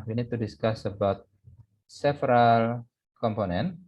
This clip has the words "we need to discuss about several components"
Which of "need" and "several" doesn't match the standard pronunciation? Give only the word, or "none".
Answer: several